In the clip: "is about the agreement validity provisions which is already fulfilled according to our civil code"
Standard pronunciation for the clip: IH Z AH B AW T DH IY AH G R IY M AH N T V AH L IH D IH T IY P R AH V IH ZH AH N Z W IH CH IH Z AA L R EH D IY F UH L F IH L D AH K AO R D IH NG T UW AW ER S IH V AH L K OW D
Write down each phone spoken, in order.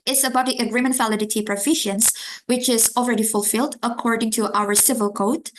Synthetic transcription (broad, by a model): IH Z AH B AW T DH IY AH G R IY M AH N T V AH L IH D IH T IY P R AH F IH SH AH N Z W IH CH IH Z AA L R EH D IY F UH L F IH L D AH K AO R D IH NG T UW AW ER S IH V AH L K OW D